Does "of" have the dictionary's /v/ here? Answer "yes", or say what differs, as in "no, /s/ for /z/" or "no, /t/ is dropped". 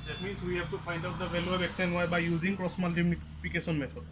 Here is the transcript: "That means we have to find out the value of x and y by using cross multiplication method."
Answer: no, /b/ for /v/